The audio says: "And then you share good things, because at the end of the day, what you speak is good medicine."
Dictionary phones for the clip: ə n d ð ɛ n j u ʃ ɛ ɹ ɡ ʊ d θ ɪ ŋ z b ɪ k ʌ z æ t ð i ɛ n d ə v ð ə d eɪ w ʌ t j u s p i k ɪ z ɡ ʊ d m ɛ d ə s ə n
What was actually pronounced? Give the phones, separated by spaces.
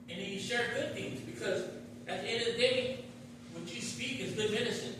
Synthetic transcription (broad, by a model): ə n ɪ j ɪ ʃ ɛ ɹ ɡ ʊ d θ ɪ ŋ z b ɪ k ʌ z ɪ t ð i ɛ n d ə v ð ə d eɪ w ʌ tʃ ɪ s p i k ɪ z ɡ ʊ d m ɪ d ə s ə n